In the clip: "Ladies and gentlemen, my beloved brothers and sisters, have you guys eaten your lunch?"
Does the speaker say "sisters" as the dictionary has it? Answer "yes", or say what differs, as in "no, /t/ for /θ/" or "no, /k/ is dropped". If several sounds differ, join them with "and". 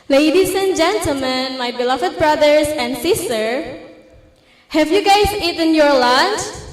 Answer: no, /z/ is dropped